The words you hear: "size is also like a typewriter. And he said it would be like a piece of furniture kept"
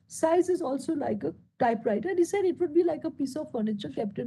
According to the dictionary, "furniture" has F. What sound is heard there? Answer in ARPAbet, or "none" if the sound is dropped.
F